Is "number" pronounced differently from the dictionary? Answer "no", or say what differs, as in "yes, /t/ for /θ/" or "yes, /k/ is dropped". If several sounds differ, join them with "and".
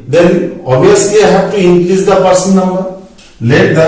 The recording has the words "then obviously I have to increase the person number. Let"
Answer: yes, /b/ is dropped